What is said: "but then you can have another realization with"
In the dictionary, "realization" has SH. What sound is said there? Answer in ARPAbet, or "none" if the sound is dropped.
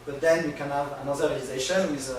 SH